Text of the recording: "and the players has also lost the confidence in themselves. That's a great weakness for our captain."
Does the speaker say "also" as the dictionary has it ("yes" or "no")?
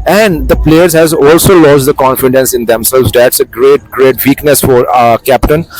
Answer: yes